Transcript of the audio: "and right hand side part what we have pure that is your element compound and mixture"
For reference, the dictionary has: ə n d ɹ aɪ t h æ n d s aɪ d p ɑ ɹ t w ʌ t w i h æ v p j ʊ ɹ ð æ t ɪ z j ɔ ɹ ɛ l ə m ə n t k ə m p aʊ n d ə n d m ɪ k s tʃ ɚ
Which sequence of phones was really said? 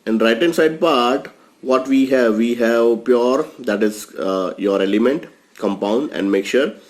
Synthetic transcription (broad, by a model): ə n d ɹ aɪ t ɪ n s aɪ d p ɑ ɹ t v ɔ t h i h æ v p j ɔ ɹ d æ t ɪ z j ɔ ɹ ɛ l ə m ə n t k ə m p aʊ n d ə n d m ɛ k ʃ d